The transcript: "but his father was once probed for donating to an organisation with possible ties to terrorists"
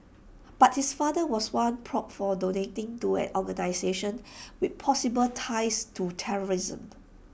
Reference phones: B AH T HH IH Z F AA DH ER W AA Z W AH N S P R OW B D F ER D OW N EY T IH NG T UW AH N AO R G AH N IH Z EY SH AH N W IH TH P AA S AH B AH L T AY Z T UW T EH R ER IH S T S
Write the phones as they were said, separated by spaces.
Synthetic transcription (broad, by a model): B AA T HH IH S F AA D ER W AA S W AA N P R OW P F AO D OW N EY T IH NG T UW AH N AO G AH N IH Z EY SH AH N W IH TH P AA S AH B AH L T AY S T UW T EH R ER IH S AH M